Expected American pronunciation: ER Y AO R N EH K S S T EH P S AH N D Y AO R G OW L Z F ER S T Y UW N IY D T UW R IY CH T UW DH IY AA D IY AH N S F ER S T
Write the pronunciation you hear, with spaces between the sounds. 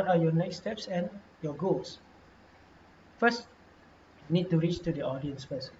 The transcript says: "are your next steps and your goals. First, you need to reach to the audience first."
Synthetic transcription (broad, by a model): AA Y AO N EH K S S T EH P S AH N Y AO G OW L S F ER S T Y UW N IY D T UW R IY CH T UW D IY AA D IY AH N S F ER S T